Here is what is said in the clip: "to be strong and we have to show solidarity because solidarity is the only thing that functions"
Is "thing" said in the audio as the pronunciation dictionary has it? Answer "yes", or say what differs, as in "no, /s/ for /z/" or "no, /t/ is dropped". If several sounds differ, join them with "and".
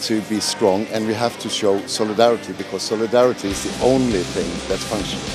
yes